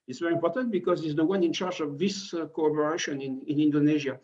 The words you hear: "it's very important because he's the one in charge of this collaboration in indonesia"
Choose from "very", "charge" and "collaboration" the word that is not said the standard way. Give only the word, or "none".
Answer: collaboration